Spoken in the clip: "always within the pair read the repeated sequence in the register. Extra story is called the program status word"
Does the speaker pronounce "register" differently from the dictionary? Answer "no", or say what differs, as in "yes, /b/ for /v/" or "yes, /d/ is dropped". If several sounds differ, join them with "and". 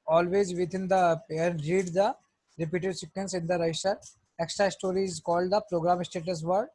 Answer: yes, /dʒ/ is dropped